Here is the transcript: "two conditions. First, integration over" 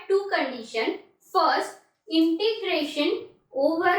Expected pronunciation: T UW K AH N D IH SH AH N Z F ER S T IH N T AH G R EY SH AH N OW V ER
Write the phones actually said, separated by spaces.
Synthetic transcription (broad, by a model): T UW K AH N D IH SH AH N F ER S T IH N T AH G R EY SH AH N OW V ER